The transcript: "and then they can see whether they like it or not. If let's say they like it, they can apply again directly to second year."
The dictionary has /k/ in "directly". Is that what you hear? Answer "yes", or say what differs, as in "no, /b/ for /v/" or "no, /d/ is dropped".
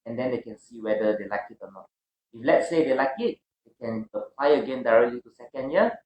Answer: yes